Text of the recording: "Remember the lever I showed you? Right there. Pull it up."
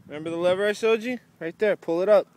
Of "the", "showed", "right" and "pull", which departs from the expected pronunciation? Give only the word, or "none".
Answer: showed